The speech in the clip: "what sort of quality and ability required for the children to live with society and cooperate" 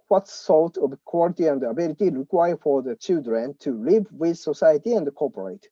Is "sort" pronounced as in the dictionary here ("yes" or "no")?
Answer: no